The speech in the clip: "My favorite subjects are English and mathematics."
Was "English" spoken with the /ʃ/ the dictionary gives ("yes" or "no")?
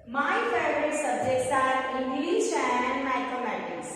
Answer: no